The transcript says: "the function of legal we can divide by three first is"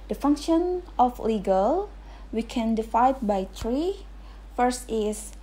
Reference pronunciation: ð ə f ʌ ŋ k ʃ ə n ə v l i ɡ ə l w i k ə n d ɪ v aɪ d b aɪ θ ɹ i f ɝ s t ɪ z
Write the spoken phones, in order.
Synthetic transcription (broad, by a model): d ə f ʌ ŋ k ʃ ə n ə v l i ɡ ə l w i k ə n d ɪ f aɪ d b aɪ t ɹ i f ɝ s t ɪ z